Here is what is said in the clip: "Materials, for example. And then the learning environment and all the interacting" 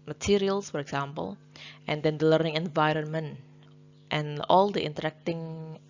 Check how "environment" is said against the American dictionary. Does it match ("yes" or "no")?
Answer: yes